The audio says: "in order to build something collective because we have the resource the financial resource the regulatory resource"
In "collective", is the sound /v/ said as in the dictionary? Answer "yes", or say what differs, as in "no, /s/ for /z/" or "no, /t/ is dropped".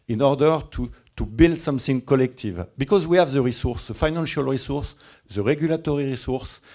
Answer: yes